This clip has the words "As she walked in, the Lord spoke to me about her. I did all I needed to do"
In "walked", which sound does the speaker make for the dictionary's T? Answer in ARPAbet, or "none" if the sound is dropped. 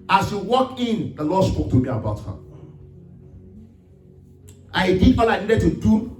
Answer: none